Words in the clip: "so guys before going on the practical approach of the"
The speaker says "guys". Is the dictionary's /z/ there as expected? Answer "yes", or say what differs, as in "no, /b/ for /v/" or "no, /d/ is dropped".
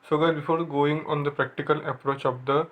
no, /z/ is dropped